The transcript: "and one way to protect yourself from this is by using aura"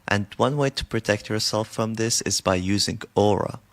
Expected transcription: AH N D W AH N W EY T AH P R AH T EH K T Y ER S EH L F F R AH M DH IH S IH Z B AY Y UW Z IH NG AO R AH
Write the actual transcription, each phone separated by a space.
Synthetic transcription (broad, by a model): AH N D W AH N W EY T AH P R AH T EH K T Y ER S EH L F F R AH M DH IH S IH Z B AY Y UW Z IH NG AO R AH